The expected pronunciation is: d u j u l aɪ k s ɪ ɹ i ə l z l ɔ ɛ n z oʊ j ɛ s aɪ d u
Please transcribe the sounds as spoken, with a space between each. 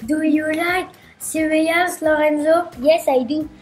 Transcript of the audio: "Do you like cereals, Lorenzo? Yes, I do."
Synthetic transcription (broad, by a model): d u j u l aɪ k s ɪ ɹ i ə z l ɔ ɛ n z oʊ j ɛ s aɪ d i